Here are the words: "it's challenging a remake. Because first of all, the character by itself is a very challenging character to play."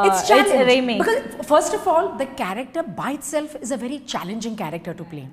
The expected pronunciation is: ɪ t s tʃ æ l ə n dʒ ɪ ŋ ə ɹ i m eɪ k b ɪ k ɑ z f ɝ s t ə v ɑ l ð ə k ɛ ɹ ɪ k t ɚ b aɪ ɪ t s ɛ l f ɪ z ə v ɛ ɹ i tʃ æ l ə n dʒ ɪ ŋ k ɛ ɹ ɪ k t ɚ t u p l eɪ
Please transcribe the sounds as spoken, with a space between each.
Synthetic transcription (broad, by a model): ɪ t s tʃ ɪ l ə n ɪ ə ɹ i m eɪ b ɪ k ɑ z f ɝ s t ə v ɑ l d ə k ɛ ɹ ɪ k t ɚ b aɪ ɪ t s ɛ l f ɪ z ə v ɛ ɹ i tʃ æ l ə n dʒ ɪ ŋ k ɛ ɹ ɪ k t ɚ t u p l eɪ